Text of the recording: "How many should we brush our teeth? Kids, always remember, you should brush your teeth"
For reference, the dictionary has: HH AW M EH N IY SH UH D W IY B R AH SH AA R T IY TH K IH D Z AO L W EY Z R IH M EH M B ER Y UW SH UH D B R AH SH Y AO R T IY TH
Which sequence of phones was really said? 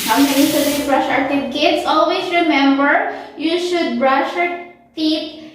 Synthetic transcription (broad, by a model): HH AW M EH N IY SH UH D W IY B R AH SH AA R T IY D K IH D S AO L W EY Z R IH M EH M B ER Y UW SH UH D B R AH SH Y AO R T IY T